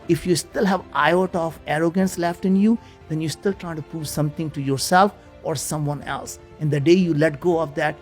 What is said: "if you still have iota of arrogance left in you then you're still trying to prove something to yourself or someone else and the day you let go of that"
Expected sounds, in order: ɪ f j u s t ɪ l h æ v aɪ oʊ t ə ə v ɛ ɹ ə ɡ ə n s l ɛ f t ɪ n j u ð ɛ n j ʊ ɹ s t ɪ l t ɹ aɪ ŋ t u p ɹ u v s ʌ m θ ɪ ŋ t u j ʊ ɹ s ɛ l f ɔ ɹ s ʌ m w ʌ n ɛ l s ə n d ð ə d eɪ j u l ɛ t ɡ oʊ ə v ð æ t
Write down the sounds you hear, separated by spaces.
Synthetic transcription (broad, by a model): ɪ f j u s t ɪ l h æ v aɪ oʊ t ə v ɛ ɹ ə ɡ ə n s l ɛ f t ɪ n j u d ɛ n j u s t ɪ l t ɹ aɪ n t u p u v s ʌ m t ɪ ŋ t u j ʊ ɹ s ɛ l f ɔ ɹ s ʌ m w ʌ n ɛ l s ə n d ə d eɪ j u l ɛ t ɡ oʊ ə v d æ t